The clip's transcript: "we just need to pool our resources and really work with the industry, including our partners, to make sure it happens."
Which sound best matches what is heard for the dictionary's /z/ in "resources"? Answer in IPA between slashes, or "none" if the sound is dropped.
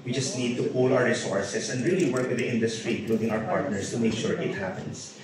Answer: /s/